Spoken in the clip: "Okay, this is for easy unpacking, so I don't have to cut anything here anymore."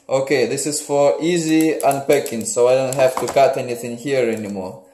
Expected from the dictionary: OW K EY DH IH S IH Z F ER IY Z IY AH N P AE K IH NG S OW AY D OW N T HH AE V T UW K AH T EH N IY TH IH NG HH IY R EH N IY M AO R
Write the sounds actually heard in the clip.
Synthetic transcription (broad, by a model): OW K EY DH IH S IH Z F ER IY Z IY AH N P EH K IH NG S OW AY D OW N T HH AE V T UW K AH T EH N IY TH IH NG HH IY R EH N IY M AO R